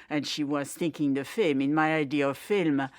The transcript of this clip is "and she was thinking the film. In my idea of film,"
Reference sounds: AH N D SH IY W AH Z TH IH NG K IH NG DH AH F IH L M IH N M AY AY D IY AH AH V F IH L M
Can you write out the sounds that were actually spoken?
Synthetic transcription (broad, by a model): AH N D SH IY W AH Z TH IH NG K IH NG DH AH F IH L M IH N M AY AY D IY AH AH V F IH L M